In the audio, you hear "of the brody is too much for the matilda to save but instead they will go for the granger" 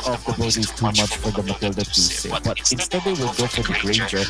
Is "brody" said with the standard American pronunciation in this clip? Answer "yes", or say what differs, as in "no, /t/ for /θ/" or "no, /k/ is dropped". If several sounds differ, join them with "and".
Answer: no, /ɹ/ is dropped